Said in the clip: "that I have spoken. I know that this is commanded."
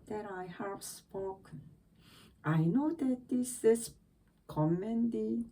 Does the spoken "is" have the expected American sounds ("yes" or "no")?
no